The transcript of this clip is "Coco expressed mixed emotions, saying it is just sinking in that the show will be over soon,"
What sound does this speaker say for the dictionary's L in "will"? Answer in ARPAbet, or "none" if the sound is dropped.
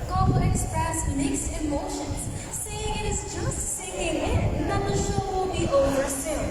L